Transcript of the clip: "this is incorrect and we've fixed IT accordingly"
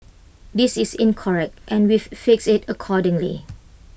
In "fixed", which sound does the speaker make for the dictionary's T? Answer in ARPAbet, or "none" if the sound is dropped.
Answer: none